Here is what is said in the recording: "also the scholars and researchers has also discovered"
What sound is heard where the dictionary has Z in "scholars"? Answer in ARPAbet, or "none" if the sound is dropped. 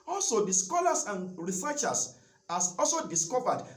S